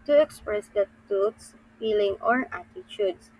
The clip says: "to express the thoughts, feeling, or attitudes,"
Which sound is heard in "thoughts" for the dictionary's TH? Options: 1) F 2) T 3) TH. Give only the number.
2